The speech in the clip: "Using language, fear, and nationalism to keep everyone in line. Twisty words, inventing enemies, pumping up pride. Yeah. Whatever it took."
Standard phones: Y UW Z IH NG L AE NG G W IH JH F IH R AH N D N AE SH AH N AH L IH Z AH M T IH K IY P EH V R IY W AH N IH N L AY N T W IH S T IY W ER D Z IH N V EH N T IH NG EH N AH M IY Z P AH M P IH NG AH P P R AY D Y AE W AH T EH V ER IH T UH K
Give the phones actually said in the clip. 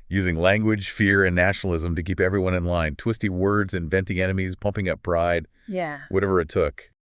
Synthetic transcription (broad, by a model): Y UW Z IH NG L AE NG G W IH JH F IH R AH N N AE SH N L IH Z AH M T IH K IY P EH V R IY W AH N IH N L AY N T W IH S T IY W ER D Z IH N V EH N T IH NG EH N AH M IY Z P AH M P IH NG AH P B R AY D Y AE W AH T EH V ER IH T UH K